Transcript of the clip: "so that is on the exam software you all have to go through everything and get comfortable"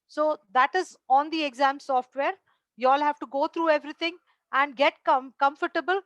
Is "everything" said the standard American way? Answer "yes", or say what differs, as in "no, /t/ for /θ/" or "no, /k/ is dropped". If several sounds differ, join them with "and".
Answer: no, /t/ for /θ/